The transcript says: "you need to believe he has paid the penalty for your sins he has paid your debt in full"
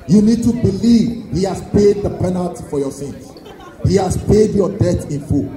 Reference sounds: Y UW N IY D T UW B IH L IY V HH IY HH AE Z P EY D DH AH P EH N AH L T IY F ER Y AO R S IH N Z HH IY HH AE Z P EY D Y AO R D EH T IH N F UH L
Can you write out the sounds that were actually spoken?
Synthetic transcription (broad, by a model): Y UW N IY D T UW B IH L IY V HH IY HH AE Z P EY D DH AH P EH N AH L T IY F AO Y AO S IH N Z HH IY HH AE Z P EY D Y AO D EH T IH N F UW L